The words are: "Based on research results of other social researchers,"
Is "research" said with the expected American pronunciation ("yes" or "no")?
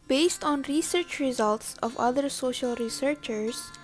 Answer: yes